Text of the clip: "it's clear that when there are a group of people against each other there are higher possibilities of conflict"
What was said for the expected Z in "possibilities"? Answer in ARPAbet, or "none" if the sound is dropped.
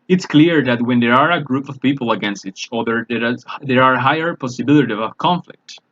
none